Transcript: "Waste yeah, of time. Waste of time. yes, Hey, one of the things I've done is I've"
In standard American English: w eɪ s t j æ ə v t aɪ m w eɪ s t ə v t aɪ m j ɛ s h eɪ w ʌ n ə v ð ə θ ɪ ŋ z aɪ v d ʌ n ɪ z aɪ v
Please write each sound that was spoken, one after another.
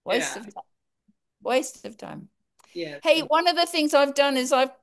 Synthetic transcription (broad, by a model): w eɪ s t ə v t aɪ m w eɪ s t ə v t aɪ m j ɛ h eɪ w ʌ n ə v ð ə θ ɪ ŋ z aɪ v d ʌ n ɪ z aɪ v